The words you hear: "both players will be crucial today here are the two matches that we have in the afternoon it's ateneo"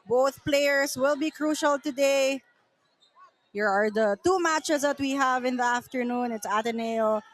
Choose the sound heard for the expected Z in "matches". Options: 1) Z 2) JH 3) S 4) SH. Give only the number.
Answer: 3